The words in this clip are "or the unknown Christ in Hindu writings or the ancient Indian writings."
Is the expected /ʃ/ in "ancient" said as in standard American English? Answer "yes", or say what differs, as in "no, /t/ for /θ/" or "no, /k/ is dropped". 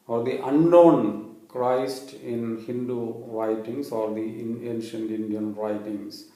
yes